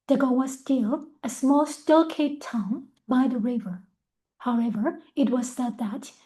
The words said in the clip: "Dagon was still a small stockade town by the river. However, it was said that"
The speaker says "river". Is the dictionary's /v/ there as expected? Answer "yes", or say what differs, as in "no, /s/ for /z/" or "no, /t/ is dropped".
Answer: yes